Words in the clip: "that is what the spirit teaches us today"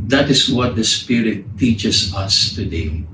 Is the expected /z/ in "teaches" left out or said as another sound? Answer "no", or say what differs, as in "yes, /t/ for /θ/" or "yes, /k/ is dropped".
yes, /s/ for /z/